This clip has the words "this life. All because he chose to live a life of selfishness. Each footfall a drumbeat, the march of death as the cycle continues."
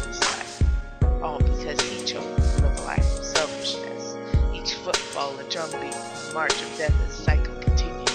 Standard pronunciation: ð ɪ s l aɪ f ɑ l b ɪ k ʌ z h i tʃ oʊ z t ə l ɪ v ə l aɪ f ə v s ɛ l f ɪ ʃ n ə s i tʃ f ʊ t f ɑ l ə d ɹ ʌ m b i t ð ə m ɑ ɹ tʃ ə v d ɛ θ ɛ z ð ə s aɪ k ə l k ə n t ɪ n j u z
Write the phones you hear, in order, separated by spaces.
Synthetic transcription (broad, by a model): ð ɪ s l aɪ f ɑ l b ɪ k ʌ z i tʃ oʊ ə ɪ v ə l aɪ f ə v s ɛ l f ɪ ʃ n ə s i tʃ f ʊ t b ɑ l ə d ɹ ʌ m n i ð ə m ɑ ɹ tʃ ə v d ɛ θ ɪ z s aɪ k l k n t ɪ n j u